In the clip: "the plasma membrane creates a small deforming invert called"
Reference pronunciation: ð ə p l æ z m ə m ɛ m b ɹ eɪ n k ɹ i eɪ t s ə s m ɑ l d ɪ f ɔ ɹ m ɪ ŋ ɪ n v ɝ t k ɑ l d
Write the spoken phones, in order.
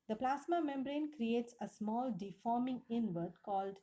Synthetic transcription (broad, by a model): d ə p l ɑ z m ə m ɛ m b ɹ eɪ n k ɹ i eɪ t s ə s m ɑ l d ɪ f ɔ ɹ m ɪ ŋ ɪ n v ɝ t k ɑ l d